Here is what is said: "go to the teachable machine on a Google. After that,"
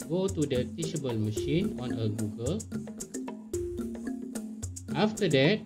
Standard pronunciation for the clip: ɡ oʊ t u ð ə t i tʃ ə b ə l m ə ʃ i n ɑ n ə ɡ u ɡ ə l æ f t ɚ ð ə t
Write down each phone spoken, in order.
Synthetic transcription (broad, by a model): ɡ oʊ t u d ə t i ʃ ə b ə l m ə ʃ i n ɑ n ə ɡ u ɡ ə l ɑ f t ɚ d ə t